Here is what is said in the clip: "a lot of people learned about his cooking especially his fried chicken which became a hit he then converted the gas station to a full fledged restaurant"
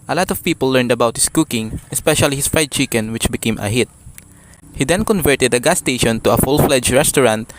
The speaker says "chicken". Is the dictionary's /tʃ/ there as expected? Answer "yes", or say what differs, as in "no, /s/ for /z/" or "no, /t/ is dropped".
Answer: yes